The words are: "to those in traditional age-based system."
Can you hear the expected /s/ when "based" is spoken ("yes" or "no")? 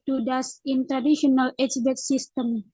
no